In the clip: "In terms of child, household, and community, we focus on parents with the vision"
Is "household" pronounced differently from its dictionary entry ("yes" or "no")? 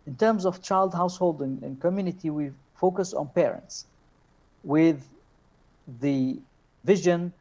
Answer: no